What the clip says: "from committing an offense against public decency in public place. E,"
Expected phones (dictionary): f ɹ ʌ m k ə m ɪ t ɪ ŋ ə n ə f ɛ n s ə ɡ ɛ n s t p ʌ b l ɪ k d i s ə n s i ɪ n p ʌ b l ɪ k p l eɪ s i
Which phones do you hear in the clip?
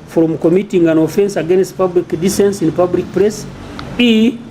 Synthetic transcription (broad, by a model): f ɹ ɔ m k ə m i t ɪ ŋ ə n ə f ɛ n s ə ɡ ɛ n s t p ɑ b l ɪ k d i s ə n s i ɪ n p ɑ b l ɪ k p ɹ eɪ s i